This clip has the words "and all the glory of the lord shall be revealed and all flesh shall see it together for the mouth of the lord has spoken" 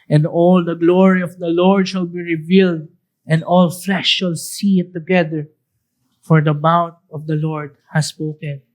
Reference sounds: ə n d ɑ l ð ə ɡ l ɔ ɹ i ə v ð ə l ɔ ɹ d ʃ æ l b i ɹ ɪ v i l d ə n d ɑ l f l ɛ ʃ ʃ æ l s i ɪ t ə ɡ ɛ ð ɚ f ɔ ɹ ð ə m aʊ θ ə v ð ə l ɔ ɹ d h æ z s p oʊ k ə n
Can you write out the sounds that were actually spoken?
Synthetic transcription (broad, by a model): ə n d ɑ l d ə ɡ l ɔ ɹ i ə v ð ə l ɔ ɹ d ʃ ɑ l b i ɹ ɪ v i l d ə n d ɑ l f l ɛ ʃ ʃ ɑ l s i ɪ t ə ɡ ɛ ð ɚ f ɔ ɹ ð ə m aʊ t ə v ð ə l ɔ ɹ d h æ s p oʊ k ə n